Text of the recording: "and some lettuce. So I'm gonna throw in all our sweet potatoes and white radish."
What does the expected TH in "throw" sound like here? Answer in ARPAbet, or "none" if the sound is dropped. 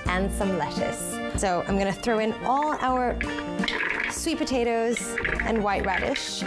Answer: TH